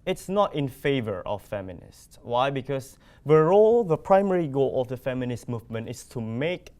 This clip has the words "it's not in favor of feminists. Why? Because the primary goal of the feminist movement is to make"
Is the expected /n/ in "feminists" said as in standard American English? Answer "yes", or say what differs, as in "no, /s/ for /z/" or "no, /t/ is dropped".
yes